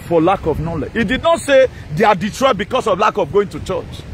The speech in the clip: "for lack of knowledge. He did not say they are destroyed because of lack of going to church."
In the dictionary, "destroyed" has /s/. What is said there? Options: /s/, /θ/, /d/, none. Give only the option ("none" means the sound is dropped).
none